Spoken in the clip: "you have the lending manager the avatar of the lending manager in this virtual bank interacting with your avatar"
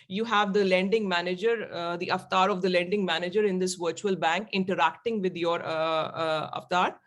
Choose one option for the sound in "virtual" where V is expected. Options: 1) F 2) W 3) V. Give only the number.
3